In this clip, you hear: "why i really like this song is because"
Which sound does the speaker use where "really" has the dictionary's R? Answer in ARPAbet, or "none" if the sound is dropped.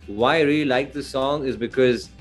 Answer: R